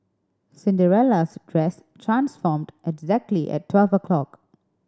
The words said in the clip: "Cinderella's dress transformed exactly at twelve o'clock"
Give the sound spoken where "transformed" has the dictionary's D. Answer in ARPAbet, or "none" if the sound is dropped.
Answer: D